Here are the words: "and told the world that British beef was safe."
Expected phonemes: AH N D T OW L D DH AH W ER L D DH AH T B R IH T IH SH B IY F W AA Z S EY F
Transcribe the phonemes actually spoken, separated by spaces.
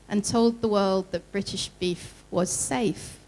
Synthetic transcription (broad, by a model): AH N T OW L D DH AH W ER L D DH AH T B R IH T IH SH B IY F W AA Z S EY F